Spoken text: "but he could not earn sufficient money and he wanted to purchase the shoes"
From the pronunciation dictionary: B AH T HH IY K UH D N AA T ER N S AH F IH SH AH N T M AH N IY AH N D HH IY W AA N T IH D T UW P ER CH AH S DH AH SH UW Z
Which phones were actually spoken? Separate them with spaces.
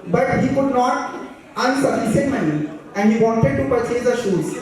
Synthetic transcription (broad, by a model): B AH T HH IY K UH D N AA T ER N S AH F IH S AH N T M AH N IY AH N D HH IY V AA N T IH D T UW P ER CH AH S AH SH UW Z